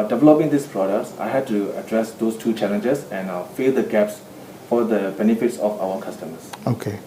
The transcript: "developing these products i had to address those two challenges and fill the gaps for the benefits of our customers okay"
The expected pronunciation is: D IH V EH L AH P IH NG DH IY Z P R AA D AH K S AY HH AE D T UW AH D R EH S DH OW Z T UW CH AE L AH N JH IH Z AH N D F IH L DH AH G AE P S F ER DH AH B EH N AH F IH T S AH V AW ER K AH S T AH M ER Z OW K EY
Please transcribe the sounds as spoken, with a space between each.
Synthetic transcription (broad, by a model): D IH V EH L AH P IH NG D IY S P R AA D AH K S AY HH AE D T UW AH D R EH S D OW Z T UW CH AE L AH N JH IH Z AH N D F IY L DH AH G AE P S F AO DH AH B EH N AH F IH T S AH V AW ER K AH S T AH M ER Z OW K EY